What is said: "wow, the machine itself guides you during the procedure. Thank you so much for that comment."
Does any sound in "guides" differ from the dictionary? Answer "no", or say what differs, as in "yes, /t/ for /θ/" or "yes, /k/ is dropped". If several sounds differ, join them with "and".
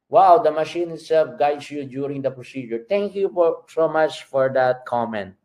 yes, /s/ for /z/